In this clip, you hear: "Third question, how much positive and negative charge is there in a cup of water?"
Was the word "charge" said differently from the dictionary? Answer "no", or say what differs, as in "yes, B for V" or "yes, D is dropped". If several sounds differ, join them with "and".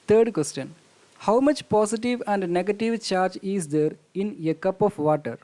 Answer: no